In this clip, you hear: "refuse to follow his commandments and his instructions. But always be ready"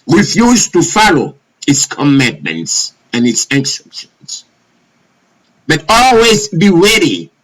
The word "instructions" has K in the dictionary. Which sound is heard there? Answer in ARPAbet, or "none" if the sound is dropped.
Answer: none